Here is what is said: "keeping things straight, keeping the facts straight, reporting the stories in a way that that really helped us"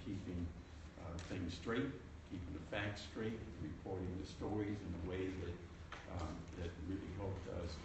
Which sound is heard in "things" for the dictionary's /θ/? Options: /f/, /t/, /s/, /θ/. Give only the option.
/θ/